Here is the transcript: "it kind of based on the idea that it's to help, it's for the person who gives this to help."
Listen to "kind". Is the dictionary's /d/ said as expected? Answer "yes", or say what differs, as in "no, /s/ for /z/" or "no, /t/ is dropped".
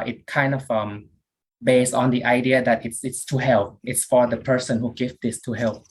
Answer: yes